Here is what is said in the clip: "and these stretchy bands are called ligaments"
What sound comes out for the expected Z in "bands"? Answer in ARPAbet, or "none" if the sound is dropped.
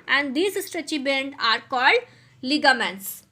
none